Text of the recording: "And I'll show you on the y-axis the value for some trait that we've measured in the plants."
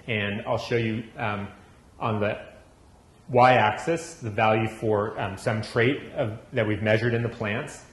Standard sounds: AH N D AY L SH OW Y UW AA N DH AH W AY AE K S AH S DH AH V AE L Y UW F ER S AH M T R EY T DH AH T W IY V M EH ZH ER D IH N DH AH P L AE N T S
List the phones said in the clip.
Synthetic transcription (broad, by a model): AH N AY L SH OW Y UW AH N DH AH W AY AE K S AH S DH AH V AE L Y UW F ER S AH M T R EY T DH AH T W IY V M EH ZH ER D IH N DH AH P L AE N T S